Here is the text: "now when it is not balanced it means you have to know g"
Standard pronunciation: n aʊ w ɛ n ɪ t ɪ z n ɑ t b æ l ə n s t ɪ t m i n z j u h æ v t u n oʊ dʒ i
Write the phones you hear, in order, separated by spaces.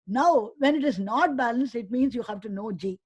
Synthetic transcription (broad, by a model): n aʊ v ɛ n ɪ t ɪ z n ɑ t b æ l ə n s ɪ t m i n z j u h æ v t u n oʊ dʒ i